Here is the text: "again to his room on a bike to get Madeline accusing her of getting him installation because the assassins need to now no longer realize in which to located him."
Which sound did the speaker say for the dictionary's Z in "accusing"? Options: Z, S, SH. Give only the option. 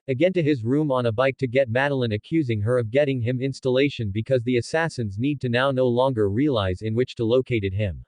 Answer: Z